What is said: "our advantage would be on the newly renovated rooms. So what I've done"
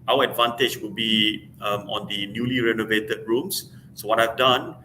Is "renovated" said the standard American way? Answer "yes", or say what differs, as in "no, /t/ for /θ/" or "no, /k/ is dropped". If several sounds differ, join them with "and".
yes